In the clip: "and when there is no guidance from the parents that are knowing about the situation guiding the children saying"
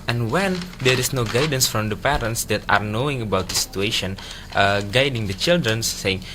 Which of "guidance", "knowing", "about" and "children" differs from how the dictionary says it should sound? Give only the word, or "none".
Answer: none